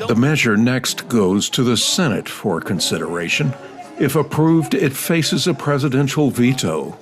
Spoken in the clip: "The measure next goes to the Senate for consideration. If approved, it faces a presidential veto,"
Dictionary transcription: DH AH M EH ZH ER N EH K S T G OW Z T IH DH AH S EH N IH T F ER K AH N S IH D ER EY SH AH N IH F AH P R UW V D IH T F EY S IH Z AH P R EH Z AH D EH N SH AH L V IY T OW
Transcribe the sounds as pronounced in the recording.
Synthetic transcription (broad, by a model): DH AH M EH ZH ER N EH K S T G OW Z T IH DH AH S EH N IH T F ER K AH N S IH D ER EY SH AH N IH F AH P R UW V D IH T F EY S IH Z AH P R EH Z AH D EH N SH L V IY T OW